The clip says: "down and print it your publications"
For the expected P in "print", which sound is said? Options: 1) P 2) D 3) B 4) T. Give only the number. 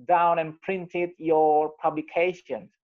1